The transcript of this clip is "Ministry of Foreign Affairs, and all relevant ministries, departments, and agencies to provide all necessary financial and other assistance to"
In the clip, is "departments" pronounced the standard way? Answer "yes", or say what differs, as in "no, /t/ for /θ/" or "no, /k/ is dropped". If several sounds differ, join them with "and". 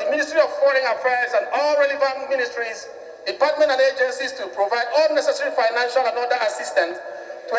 no, /s/ is dropped